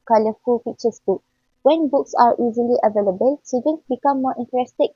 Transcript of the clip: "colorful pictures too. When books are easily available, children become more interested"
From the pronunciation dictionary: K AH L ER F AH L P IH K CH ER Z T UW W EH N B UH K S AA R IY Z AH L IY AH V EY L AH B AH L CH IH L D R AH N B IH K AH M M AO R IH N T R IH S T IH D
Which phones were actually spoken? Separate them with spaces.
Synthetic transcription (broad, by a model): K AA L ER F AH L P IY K CH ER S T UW W EH N B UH K S AA R IY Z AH L IY AH V EY L AH B AH L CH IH D AH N B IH K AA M M AO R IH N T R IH S T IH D